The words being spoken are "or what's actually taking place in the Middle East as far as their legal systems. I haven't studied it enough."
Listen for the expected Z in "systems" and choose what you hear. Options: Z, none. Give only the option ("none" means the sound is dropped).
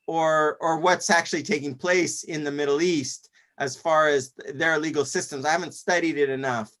Z